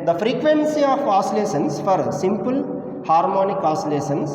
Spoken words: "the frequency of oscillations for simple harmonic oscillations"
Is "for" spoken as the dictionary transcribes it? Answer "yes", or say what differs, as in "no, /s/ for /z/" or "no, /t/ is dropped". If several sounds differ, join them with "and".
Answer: yes